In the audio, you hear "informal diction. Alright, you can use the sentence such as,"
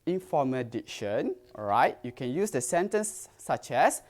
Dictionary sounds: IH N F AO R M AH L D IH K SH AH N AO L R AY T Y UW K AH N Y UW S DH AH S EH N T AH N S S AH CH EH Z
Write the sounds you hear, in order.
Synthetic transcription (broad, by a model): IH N F AO M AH D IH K SH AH N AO R AY T Y UW K AH N Y UW S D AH S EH N T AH N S S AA CH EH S